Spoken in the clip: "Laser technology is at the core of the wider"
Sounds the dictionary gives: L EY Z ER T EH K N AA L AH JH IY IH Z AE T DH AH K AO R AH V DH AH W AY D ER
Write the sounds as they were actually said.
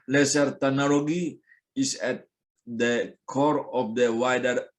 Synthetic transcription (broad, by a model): L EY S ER T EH N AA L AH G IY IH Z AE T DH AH K AO R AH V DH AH W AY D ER